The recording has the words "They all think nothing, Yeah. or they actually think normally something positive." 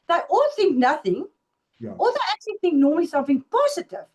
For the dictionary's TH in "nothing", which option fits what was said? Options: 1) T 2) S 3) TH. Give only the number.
3